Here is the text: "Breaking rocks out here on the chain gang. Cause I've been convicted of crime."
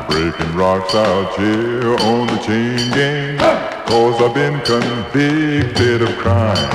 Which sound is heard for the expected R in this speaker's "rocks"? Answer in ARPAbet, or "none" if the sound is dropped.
R